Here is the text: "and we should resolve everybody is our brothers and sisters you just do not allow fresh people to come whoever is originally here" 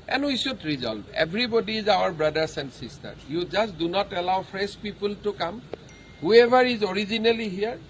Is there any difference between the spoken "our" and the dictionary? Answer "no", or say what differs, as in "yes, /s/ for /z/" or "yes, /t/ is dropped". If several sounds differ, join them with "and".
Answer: no